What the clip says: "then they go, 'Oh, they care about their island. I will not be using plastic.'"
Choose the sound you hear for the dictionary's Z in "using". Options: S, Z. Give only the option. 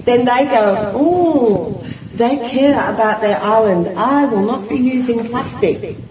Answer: Z